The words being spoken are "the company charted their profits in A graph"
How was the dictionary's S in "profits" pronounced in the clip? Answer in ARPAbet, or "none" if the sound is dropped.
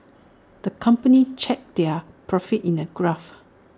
none